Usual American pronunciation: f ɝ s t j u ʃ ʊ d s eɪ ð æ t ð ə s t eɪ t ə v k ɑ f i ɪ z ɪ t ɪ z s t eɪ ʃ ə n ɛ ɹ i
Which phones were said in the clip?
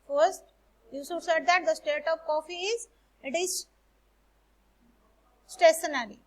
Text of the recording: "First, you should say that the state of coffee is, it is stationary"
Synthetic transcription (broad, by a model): f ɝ s t j u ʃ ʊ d s eɪ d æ t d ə s t eɪ t ə v k ɑ f i ɪ z ɪ t ɪ z s t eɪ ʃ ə n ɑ ɹ i